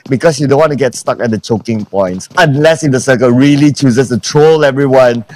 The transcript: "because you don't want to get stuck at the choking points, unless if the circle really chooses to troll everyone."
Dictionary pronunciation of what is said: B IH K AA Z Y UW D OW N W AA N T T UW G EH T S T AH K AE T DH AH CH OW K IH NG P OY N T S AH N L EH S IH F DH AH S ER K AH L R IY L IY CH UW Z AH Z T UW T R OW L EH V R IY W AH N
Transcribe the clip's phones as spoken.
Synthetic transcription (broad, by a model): B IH K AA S Y UW D OW N W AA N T T UW G EH T S T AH K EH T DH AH CH OW K IH NG P OY N T S AH N L EH S IH F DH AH S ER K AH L R IY L IY CH UW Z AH S T UW T R OW L EH V R IY W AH N